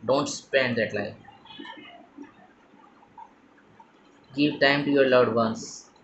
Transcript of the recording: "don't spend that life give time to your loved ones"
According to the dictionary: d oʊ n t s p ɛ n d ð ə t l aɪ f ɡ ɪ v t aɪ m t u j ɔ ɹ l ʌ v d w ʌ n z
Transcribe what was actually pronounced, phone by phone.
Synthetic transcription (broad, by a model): d oʊ n t s p ɛ n d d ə t l aɪ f ɡ ɪ v t aɪ m t u j ɔ ɹ l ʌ d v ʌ n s